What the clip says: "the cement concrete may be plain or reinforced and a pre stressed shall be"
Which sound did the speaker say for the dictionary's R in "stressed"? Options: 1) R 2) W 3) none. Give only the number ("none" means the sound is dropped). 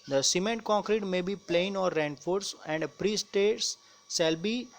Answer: 3